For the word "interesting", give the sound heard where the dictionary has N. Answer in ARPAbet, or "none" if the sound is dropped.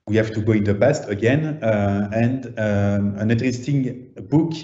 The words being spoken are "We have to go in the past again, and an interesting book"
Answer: none